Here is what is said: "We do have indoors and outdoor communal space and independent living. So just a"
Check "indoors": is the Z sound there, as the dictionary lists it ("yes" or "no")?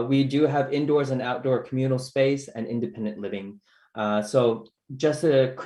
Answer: yes